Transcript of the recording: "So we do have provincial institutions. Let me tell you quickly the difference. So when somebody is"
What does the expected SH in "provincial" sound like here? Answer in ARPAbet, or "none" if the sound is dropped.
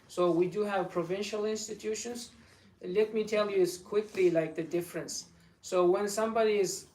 SH